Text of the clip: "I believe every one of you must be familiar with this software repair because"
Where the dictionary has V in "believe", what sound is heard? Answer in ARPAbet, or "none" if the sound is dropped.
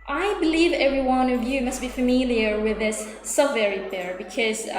V